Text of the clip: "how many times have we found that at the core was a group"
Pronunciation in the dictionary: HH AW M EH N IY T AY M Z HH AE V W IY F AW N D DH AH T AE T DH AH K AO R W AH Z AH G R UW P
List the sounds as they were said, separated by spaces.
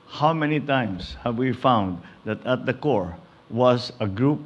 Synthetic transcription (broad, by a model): HH AW M EH N IY T AY M S HH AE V W IY F AW N D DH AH T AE T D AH K AO R W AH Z AH G R UW P